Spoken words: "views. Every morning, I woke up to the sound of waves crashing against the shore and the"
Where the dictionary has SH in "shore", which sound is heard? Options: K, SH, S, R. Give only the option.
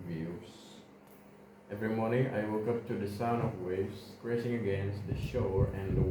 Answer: SH